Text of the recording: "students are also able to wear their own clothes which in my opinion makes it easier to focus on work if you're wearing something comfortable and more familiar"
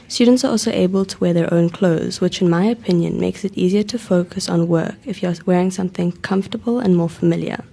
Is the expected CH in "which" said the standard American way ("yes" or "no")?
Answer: yes